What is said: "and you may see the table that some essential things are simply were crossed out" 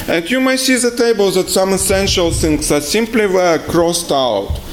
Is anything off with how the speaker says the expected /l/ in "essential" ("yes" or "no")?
no